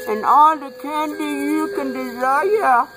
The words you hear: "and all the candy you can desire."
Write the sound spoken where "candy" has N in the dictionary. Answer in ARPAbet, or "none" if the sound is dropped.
N